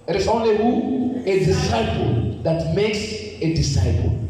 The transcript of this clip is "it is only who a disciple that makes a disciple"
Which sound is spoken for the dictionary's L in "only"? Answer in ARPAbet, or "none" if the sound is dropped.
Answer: none